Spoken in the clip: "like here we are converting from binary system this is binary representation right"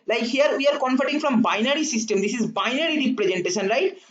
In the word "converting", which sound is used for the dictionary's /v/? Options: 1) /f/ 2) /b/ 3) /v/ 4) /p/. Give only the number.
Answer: 1